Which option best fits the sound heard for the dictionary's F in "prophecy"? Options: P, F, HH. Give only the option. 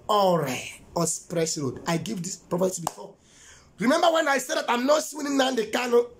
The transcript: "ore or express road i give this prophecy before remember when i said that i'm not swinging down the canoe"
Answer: P